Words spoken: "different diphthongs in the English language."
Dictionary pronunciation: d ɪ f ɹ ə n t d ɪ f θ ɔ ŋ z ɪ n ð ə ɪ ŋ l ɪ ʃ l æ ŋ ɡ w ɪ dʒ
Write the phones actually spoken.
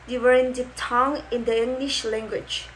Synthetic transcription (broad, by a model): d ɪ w ɹ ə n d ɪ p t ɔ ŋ ɪ n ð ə ɪ ŋ l ɪ ʃ l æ ŋ ɡ w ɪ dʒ